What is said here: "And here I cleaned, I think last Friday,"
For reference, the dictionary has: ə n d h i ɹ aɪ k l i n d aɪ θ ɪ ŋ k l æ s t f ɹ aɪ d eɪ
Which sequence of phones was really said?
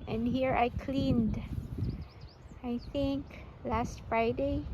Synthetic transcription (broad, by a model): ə n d h i ɹ aɪ k l i n d aɪ θ ɪ ŋ k l æ s t f ɹ aɪ d eɪ